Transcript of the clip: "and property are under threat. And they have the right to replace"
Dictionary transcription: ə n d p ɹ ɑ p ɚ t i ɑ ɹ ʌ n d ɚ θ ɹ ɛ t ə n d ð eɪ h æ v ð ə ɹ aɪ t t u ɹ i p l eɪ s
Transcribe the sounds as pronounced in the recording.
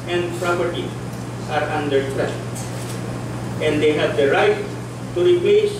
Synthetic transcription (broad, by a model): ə n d p ɹ ɑ p ɚ t i ɑ ɹ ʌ n d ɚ t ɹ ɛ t ə n d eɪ h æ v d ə ɹ aɪ t t u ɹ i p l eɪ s